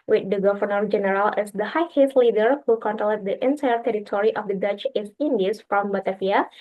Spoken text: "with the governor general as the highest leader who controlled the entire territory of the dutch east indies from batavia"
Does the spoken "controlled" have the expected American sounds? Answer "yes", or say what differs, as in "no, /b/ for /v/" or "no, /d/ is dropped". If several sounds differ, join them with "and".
no, /l/ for /ɹ/